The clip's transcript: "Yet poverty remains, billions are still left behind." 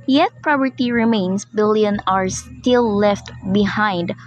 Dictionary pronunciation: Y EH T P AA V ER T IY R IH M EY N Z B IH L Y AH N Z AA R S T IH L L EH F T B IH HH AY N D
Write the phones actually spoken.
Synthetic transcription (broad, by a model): Y EH T P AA P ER T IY R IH M EY N S B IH L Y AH N AA R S T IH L L EH F T B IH HH AY N D